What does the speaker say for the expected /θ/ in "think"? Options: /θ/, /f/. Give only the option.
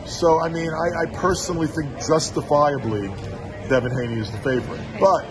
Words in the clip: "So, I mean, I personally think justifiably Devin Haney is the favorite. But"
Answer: /θ/